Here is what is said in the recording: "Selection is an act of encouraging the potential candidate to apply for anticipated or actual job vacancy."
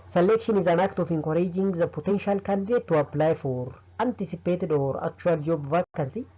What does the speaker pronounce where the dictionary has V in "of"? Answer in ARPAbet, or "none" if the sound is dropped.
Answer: F